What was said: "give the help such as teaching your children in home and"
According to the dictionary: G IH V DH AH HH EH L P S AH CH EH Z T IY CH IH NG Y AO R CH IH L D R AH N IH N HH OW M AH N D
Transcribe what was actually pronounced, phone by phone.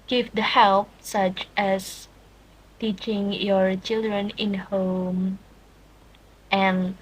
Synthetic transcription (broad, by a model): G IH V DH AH HH EH L P S AH CH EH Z T IY CH IH NG Y AO R CH IH L D R AH N IH N HH OW M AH N